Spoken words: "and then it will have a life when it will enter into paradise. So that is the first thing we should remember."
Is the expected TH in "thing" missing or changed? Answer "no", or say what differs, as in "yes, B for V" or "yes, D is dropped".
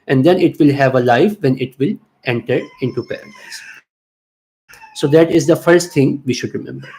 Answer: yes, T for TH